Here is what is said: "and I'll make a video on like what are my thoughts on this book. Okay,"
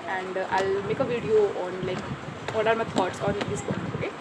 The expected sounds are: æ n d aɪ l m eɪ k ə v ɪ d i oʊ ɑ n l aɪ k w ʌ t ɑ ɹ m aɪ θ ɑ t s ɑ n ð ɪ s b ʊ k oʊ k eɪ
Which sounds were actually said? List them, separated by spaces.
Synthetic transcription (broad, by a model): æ n d aɪ l m eɪ k ə v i d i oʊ ɑ n l aɪ k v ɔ t ɑ ɹ m aɪ t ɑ t s ɑ n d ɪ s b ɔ oʊ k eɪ